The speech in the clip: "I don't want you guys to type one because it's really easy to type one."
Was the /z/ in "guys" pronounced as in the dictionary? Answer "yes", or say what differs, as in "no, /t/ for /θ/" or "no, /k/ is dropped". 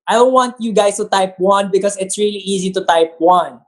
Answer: no, /s/ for /z/